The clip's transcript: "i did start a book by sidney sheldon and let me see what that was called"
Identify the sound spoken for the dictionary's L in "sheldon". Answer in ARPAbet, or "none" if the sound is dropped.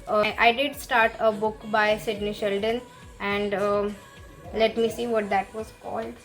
L